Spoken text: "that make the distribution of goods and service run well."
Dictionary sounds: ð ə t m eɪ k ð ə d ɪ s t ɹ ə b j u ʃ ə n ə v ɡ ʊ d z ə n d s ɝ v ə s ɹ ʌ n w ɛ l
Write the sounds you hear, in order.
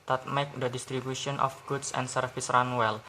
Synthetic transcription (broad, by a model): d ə t m eɪ k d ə d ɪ s t ɹ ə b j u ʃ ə n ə f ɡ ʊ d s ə n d s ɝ f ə s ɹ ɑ n w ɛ l